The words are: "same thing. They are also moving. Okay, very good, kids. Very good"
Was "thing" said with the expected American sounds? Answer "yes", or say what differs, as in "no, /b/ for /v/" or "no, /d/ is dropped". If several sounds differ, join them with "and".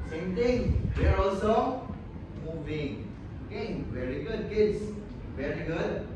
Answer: no, /t/ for /θ/